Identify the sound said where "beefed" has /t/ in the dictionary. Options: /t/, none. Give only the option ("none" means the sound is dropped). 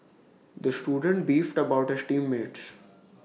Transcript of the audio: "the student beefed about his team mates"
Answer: /t/